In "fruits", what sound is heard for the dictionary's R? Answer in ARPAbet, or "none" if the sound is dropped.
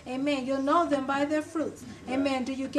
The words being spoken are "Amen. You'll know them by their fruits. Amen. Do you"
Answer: R